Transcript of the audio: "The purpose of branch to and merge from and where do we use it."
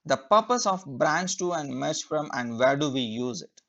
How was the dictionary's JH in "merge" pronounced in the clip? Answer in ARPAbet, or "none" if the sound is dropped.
CH